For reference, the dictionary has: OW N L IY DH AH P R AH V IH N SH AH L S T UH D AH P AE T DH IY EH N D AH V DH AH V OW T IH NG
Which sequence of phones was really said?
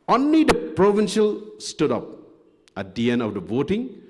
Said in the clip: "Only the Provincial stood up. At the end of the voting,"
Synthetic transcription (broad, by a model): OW N L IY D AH P R AH V IH N SH AH L S T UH D AH P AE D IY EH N AH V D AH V OW T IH NG